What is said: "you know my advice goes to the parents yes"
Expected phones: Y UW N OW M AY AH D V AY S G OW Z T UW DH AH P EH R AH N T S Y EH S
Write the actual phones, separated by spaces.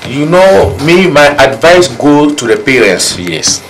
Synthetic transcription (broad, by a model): Y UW N OW M AY AH D V AY S G OW T UW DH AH P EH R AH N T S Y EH S